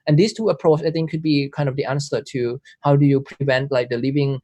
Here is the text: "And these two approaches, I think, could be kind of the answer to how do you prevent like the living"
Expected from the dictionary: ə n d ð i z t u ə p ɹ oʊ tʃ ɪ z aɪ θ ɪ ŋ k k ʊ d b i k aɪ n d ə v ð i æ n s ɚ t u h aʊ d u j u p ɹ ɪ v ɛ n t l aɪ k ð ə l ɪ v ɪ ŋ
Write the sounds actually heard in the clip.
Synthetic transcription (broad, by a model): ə n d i s t u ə p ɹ oʊ tʃ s aɪ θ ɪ ŋ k k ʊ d b i k aɪ n d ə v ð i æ n s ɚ t u h aʊ d u j u p ɹ ɪ v ɛ n t l aɪ k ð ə l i v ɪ ŋ